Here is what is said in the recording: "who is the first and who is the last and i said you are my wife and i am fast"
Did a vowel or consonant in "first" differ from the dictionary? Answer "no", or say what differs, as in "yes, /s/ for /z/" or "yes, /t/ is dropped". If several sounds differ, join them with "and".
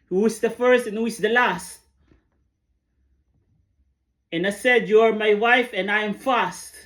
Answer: no